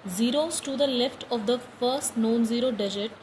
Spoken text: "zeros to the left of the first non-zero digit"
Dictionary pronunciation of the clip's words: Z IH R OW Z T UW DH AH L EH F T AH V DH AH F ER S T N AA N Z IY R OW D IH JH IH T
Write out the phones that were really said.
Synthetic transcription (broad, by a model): Z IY R OW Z T UW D AH L EH F T AH V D AH F ER S T N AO N Z IY R OW D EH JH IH T